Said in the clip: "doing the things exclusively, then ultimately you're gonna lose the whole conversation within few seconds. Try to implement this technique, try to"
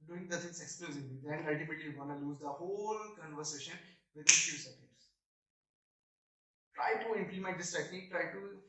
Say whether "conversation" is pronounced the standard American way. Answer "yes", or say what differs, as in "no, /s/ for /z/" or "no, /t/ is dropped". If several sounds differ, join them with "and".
yes